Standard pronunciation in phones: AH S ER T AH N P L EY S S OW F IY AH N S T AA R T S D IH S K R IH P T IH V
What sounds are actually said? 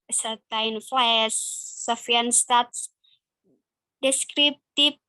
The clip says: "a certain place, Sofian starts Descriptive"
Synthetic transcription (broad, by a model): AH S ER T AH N F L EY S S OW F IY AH N S T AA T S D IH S K R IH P T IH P